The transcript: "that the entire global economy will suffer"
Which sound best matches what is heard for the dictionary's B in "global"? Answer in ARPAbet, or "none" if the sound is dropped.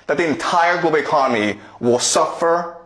none